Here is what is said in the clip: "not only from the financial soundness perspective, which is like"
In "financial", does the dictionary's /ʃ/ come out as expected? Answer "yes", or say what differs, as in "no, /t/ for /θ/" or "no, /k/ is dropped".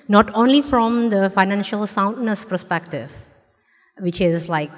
yes